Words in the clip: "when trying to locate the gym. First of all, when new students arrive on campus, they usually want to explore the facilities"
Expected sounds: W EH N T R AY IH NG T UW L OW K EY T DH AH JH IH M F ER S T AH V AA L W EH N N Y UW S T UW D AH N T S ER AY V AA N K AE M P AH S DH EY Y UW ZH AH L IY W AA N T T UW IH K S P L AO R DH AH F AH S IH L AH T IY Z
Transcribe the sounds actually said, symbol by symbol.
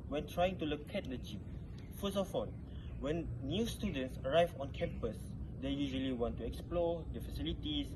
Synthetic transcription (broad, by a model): W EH N T R AY IH NG T UW L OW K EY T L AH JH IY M F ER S AH F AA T W EH N N Y UW S T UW D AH N T S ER AY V AA N K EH M P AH S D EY Y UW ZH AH L IY W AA N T T UW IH K S P L AO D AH F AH S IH L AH T IY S